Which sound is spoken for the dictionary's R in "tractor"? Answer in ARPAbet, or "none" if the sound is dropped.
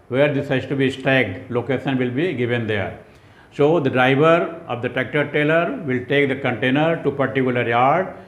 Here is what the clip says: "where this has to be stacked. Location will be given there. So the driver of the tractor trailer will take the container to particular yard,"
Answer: none